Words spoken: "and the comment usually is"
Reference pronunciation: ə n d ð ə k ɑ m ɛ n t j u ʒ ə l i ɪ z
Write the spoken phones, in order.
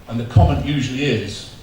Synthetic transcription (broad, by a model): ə n ð ə k ɑ m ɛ n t j u ʒ ə l i ɪ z